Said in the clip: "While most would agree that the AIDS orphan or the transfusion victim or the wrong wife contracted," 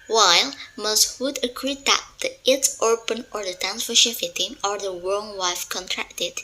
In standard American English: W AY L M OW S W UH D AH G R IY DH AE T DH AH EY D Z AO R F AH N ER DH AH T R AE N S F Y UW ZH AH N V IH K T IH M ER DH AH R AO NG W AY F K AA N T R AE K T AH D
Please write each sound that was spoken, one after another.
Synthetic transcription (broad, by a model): W AY L M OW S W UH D AH G R IY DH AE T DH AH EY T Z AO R P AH N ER DH AH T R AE N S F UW SH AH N F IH T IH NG ER DH AH R AO NG W AY F K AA N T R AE K T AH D